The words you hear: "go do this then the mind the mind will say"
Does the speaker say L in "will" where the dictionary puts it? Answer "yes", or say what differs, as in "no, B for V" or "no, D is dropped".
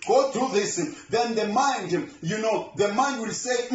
yes